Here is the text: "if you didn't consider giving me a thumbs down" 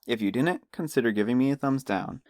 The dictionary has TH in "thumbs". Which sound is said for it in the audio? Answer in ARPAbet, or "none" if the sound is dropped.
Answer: TH